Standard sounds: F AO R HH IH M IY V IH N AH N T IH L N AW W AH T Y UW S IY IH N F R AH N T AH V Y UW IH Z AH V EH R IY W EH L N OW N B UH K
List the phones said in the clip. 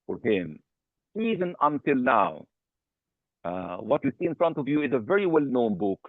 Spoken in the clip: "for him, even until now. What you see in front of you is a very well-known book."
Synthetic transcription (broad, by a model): F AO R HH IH M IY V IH N AH N T IH L N AW W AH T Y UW S IY IH N F R AH N T AH V Y UW IH Z AH V EH R IY W EH L N OW N B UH K